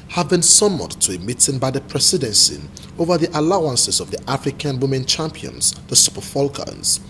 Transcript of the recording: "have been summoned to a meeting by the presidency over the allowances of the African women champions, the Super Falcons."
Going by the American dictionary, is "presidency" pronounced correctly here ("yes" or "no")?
no